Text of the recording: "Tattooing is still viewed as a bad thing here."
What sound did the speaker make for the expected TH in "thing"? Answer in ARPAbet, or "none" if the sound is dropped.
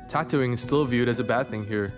TH